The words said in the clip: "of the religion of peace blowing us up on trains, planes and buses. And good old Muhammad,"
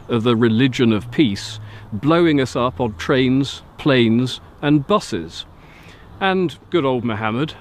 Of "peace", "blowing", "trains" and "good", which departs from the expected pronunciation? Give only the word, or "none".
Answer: none